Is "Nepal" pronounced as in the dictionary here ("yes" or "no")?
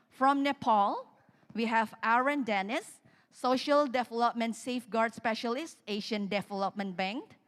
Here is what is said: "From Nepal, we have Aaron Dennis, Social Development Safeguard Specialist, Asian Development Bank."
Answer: yes